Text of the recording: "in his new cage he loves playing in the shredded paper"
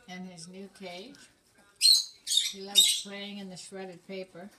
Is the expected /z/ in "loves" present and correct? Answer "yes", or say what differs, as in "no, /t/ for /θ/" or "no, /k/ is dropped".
no, /z/ is dropped